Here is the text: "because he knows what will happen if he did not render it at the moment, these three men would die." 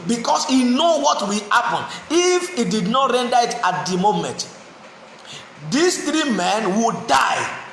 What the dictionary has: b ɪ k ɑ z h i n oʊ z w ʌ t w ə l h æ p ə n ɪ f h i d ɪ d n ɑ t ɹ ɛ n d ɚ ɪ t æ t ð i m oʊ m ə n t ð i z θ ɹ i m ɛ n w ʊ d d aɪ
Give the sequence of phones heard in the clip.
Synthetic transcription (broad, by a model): b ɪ k ɑ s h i n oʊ w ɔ t w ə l h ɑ p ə n ɪ f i d ɪ d n ɑ t ɹ ɛ n d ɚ ɪ t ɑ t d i m oʊ m ə n t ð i s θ ɹ i m ɛ n w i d d aɪ